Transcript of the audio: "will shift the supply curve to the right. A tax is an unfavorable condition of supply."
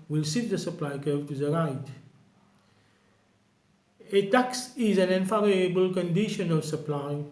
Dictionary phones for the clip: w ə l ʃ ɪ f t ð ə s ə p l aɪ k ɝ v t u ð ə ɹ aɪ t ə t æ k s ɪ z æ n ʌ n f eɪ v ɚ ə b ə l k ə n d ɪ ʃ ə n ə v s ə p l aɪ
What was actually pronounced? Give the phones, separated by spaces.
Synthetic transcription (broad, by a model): w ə l s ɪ t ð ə s ə p l aɪ k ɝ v t u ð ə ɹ aɪ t ə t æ k s ɪ z æ n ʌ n f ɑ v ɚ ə b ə l k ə n d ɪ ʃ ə n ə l s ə p l aɪ